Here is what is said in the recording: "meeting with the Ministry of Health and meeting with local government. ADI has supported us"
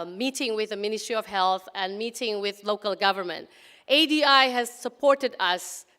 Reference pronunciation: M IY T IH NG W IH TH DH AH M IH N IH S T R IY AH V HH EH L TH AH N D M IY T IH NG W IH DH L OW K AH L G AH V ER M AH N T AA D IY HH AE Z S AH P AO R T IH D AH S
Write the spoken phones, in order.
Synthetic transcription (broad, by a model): M IY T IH NG W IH DH AH M IH N IH S T R IY AH V HH EH L TH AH N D M IY T IH NG W IH DH L OW K AH L G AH V ER M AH N T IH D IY HH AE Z S AH P AO R T IH D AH S